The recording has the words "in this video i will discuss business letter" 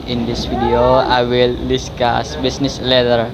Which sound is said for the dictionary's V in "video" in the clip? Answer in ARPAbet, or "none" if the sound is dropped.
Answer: F